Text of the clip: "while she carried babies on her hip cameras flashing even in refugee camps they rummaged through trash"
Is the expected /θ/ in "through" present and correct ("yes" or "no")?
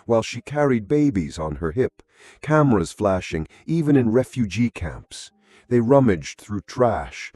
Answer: yes